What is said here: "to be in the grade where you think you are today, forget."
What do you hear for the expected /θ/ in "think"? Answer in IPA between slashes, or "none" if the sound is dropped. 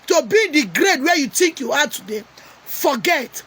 /t/